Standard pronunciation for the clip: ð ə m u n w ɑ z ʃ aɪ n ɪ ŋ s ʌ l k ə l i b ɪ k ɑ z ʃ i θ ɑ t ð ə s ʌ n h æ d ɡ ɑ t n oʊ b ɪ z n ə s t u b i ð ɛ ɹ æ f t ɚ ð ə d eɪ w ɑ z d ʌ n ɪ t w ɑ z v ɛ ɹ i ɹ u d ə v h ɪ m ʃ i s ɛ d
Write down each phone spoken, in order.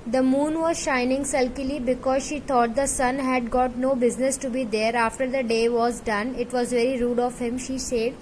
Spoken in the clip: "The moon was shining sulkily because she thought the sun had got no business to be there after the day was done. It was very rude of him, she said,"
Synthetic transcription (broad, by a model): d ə m u n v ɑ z ʃ aɪ n ɪ ŋ s ʌ l k ə l i b ɪ k ɑ z ʃ i t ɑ t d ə s ʌ n h æ d ɡ ɑ t n oʊ b ɪ z n ə s t u b i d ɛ ɹ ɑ f t ɚ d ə d eɪ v ɑ z d ʌ n ɪ t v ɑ z v ɛ ɹ i ɹ u d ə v h ɪ m ʃ i s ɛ d